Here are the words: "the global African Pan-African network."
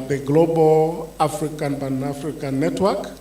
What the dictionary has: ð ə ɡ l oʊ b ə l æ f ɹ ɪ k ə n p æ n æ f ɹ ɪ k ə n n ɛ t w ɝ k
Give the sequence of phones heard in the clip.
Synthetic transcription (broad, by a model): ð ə ɡ l oʊ b ə l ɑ f ɹ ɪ k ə n b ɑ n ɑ f ɹ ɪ k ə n n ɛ t w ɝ k